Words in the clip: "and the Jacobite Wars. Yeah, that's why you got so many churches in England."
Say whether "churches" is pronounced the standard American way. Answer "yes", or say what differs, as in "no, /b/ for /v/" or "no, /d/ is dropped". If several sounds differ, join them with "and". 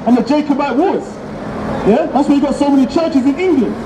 yes